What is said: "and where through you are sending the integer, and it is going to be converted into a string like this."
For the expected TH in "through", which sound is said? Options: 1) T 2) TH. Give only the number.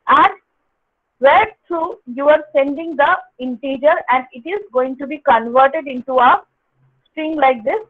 1